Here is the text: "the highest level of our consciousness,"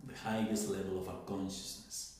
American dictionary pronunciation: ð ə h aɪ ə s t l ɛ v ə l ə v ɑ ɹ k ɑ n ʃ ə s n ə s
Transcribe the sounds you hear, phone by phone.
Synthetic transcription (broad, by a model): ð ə h aɪ ə s t l ɛ v ə l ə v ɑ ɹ k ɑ n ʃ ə s n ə s